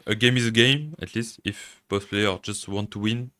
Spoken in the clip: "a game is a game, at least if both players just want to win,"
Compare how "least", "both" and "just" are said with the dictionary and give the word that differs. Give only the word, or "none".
both